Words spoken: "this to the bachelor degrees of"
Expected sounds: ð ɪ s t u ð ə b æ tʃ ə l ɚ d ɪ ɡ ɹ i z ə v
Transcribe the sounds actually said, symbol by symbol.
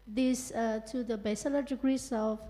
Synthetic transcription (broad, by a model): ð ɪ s t u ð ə b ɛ s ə l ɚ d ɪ ɡ ɹ i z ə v